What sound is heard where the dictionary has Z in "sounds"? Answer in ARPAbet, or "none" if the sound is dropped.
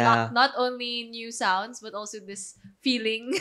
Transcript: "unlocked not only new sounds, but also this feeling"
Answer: S